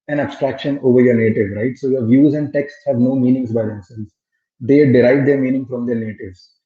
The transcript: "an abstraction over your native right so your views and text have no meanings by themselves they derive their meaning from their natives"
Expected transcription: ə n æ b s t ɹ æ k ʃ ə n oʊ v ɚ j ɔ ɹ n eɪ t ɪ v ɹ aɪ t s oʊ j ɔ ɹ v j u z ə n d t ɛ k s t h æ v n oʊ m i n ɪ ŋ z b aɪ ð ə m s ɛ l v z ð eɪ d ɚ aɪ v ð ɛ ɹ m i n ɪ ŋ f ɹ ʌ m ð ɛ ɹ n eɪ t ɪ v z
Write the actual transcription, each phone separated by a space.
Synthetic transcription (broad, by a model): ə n æ b s t ɹ æ k ʃ ə n oʊ v ɚ j ɔ ɹ n eɪ t ɪ v ɹ aɪ t s oʊ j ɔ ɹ v j u z ə n d t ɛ k s t h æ v n oʊ m i n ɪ ŋ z b aɪ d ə m s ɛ l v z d eɪ d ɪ aɪ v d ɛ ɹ m i n ɪ ŋ f ɹ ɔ m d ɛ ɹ n eɪ t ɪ v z